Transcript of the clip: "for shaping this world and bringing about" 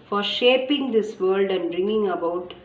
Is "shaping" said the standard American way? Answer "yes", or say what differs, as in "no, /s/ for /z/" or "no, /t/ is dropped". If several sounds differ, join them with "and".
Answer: yes